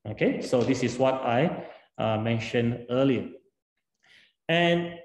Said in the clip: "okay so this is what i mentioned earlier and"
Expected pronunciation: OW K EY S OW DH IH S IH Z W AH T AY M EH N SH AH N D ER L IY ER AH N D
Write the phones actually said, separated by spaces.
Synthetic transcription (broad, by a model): OW K EY S OW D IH S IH S W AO T AY M EH N SH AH N ER L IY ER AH N